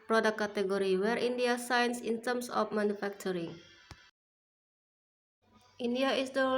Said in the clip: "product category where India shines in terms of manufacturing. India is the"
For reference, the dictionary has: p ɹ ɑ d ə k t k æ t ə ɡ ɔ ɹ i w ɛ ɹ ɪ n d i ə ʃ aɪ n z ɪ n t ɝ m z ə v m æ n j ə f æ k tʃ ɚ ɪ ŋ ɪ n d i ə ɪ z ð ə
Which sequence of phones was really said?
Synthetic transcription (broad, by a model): p ɹ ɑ d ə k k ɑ t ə ɡ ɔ ɹ i w ɛ ɹ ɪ n d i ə s aɪ n s ɪ n t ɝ m s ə f m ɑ n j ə f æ k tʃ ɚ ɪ ŋ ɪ n d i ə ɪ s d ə